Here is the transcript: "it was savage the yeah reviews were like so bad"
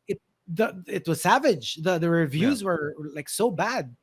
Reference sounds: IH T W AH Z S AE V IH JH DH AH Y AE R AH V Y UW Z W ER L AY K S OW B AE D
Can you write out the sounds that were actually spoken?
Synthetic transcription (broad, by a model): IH T W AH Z S AE V IH JH DH AH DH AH R AH V Y UW Z W ER L AY K S OW B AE D